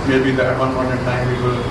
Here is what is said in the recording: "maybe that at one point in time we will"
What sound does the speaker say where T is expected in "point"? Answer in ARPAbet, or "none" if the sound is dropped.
none